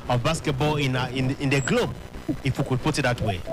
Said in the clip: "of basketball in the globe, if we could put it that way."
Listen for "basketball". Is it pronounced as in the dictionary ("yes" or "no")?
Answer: no